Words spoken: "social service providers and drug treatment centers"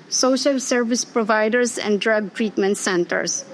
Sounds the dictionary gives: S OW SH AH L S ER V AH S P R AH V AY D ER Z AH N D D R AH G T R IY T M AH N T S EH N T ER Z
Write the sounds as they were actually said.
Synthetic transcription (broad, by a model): S OW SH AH L S ER V AH S P R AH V AY D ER S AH N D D R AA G T R IY T M AH N T S EH N T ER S